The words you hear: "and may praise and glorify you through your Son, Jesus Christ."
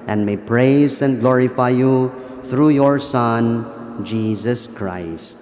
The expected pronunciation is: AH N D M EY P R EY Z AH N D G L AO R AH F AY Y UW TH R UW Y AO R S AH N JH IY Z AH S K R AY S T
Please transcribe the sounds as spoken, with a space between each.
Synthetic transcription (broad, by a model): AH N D M EY P R EY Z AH N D G L AO R AH F AY Y UW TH R UW Y AO R S AH N JH IY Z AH S K R AY S T